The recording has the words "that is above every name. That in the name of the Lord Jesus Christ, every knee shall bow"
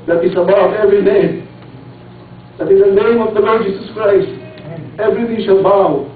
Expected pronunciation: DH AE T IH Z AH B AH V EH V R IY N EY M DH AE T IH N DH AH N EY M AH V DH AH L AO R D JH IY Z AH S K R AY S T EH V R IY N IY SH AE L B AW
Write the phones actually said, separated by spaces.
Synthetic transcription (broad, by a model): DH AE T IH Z AH B AH V EH V R IY N EY M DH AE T IH N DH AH N EY M AH V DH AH L AO R D JH IY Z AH S K R AY S T EH V R IY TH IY SH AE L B AW